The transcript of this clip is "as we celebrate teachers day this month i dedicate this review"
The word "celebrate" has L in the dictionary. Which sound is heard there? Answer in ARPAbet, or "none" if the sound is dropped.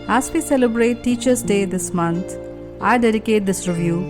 L